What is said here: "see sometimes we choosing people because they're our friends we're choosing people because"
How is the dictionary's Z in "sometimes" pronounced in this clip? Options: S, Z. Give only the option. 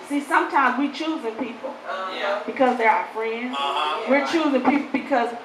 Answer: Z